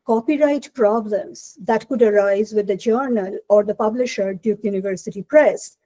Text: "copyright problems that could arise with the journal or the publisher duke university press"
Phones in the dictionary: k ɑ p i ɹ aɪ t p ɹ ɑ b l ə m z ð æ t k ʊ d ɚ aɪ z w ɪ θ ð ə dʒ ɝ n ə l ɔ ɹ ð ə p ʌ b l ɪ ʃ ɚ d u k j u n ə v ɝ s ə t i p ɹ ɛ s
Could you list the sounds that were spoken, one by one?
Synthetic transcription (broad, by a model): k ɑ p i ɹ aɪ t p ɹ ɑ b l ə m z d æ t k ʊ d ɚ aɪ z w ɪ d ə dʒ ɝ n ə l ɔ ɹ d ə p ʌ b l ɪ ʃ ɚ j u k j u n ə v ɝ s ə t i p ɹ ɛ s